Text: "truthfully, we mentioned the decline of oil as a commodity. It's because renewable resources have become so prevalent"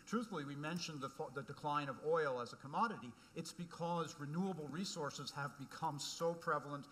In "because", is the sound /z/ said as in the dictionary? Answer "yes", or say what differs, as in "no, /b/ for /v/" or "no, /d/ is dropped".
yes